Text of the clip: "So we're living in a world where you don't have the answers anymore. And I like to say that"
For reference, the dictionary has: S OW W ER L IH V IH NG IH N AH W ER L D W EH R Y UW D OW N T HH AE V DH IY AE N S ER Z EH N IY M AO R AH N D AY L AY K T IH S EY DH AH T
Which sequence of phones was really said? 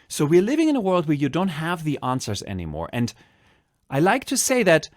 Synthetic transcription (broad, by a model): S OW W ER L IH V IH NG IH N AH W ER L D W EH R Y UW D OW N T HH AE V DH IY AE N S ER Z EH N IY M AO R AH N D AY L AY K T IH S EY DH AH T